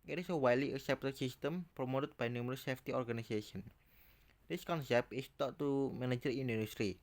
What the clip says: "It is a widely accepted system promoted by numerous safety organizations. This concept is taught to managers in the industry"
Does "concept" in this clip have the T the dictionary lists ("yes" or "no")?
no